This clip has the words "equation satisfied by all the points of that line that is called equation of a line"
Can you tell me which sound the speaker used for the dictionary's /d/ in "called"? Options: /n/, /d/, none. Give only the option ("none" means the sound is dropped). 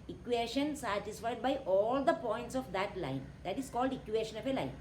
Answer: /d/